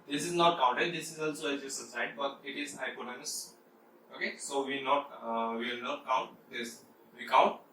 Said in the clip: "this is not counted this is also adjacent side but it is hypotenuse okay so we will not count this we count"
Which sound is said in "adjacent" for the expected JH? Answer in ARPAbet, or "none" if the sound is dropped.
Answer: Z